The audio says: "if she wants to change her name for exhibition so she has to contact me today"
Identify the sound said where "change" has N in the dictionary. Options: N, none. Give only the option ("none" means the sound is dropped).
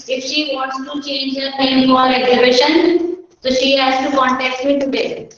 N